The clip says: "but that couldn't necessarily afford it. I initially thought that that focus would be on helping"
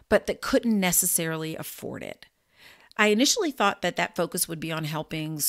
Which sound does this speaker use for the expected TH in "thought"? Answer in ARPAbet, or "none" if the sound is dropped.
TH